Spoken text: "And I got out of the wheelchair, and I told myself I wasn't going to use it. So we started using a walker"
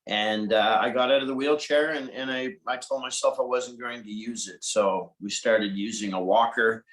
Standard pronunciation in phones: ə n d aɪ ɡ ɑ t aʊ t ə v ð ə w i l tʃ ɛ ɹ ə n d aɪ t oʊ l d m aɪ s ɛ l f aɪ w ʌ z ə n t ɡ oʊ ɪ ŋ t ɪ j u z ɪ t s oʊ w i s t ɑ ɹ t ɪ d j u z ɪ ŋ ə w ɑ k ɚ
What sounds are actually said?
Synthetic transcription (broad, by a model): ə n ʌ aɪ ɡ ɑ t aʊ t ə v ð ə w i l tʃ ɛ ɹ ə n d aɪ t oʊ l d m aɪ s ɛ l f aɪ w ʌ z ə n ɡ oʊ ɪ ŋ t ɪ j u z ɪ t s oʊ w i s t ɑ ɹ t ɪ d j u z ɪ ŋ ə w ɑ k ɚ